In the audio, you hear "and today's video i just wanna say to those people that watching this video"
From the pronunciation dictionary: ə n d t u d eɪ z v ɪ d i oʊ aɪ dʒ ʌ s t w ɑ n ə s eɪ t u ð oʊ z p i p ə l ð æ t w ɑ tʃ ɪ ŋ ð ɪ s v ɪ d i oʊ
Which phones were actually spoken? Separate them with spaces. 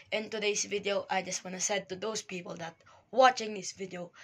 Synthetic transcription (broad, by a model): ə n t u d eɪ s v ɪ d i oʊ aɪ dʒ ʌ s t w ɑ n ə s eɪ t u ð oʊ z p i p ə l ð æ t w ɑ tʃ ɪ ŋ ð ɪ s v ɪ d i oʊ